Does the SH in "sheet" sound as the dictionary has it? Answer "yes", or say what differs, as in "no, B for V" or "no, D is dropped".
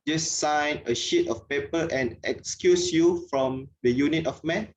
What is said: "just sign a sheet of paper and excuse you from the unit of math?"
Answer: yes